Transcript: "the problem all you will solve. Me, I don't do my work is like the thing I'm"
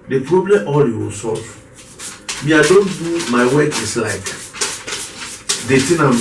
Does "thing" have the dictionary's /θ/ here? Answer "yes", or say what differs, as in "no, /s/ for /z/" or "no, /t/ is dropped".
no, /t/ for /θ/